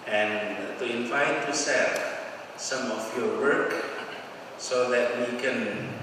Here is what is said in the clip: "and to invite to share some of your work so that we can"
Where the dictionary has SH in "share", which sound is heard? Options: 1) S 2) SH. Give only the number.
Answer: 1